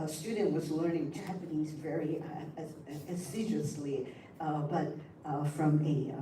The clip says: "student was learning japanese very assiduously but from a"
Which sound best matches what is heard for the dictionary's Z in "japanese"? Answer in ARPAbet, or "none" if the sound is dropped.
Z